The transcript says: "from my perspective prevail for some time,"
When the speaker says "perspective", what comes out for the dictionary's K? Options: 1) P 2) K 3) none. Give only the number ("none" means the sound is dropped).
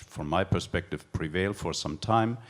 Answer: 2